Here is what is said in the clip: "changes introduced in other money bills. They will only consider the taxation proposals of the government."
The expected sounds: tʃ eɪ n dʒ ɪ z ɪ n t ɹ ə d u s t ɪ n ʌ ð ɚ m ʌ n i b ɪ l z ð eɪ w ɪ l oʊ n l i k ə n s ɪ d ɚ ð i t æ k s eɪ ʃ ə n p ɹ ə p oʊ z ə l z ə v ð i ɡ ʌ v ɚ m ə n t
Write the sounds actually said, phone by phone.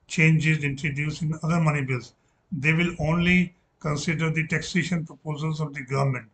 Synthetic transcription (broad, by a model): tʃ eɪ n dʒ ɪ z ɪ n t ɹ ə d u s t ɪ n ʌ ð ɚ m ʌ n i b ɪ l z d eɪ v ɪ l oʊ n l i k ə n s ɪ d ɚ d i t æ k s eɪ ʃ ə n p ɹ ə p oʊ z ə l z ə v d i ɡ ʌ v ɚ m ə n t